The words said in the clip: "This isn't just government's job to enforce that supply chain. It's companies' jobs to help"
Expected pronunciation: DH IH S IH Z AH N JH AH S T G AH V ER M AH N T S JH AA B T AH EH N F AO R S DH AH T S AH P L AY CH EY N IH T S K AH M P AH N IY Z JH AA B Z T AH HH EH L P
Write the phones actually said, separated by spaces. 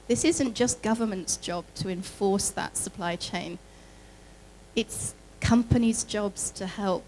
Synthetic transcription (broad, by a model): DH IH S IH Z AH N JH AH S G AH V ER M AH N T S JH AA B T AH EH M F AO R S DH AH T S AH P L AY CH EY N IH T S K AH M P AH N IY Z JH AA B Z T AH HH EH L P